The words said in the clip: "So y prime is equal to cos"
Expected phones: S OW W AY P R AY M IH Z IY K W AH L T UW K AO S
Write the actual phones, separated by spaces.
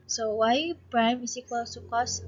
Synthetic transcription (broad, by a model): S OW W AY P R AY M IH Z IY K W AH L S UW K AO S